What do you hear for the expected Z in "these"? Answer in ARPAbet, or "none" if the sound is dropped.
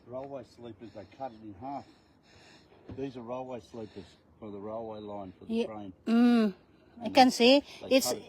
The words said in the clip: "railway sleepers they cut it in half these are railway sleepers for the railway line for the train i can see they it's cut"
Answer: Z